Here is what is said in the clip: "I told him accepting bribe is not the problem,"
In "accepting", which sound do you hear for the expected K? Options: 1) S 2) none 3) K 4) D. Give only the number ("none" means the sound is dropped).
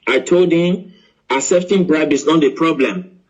2